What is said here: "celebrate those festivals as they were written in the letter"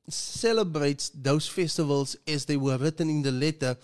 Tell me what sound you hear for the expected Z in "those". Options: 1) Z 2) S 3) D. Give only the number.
2